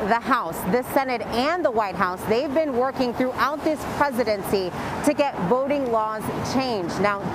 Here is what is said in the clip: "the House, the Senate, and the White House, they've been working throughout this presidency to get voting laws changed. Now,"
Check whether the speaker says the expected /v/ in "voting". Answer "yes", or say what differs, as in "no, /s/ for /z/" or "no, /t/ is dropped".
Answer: yes